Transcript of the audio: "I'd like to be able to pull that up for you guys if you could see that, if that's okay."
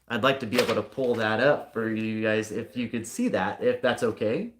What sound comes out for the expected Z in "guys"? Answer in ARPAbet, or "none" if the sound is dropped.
Z